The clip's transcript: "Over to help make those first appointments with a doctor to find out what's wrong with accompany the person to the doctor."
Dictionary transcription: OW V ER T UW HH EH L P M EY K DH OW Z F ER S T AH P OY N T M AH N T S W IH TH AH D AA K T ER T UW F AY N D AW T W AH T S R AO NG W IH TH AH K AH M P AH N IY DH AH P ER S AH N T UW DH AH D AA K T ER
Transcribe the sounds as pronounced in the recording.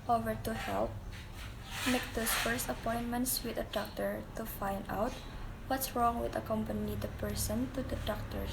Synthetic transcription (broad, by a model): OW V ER T UW HH EH L P M EY K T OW S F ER S T AH P OY N T M AH N T S W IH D AH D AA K T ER T UW F AY N D AW T W AH T S R AO NG W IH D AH K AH M P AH N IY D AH P ER S AH N T UW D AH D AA K T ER